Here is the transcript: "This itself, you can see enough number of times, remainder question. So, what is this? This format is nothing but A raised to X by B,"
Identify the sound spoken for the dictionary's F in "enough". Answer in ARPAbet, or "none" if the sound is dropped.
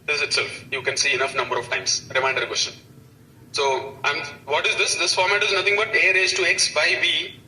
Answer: F